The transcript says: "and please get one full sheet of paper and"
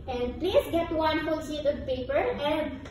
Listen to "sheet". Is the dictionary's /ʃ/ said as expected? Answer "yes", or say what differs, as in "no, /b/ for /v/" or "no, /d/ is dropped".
no, /s/ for /ʃ/